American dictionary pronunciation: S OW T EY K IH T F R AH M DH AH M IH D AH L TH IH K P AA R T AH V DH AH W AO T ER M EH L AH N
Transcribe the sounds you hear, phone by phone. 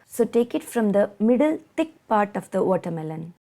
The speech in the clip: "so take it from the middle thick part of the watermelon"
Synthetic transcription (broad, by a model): S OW T EY K IH T F R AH M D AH M IH D AH L T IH K P AA R T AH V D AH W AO T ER M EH L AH N